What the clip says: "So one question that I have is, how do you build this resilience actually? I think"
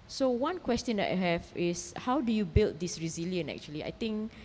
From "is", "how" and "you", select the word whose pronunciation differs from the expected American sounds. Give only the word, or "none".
is